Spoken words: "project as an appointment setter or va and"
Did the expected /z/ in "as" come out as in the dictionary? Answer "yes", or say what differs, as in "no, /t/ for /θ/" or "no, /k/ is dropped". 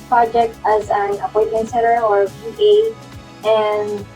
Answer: yes